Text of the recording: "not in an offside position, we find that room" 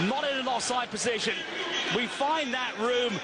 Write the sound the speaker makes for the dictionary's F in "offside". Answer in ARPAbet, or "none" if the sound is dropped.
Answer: none